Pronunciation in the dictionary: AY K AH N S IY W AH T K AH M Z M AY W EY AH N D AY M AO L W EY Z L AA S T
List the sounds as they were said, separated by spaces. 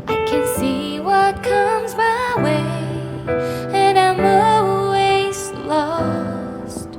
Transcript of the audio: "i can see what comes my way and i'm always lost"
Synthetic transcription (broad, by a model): AY K AH N S IY W AH T K AH M Z M AY W EY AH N AY M AO L W EY Z L AA S T